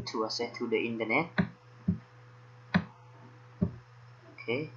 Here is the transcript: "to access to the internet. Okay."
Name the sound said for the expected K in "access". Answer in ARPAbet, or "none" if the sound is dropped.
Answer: none